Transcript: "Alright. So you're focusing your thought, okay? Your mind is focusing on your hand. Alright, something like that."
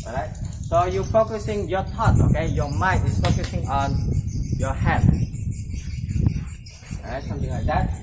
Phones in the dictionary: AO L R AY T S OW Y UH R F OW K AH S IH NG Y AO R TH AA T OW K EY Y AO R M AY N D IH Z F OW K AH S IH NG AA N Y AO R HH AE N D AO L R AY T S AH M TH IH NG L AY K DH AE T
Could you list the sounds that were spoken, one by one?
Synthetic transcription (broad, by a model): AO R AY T S OW Y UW F OW K AH S IH NG Y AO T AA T OW K EY Y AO M AY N IH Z F OW K AH S IH NG AA N Y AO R HH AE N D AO R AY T S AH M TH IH NG L AY K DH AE T